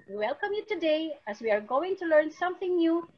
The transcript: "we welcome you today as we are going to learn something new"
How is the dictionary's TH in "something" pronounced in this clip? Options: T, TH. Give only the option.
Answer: TH